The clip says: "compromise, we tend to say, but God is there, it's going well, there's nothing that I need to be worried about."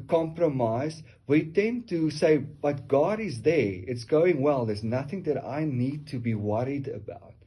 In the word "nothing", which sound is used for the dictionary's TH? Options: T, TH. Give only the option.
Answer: TH